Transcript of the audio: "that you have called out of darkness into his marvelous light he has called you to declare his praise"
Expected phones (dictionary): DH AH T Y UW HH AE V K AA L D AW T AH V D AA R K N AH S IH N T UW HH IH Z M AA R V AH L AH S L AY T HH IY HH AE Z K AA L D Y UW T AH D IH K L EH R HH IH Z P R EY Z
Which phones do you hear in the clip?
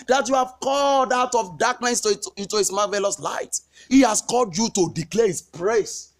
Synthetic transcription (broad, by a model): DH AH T Y UW HH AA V K AA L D AW T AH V D AA K N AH S IH N T UW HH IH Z M AA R V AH L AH S L AY T HH IY HH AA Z K AA L D Y UW T AH D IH K L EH HH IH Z P R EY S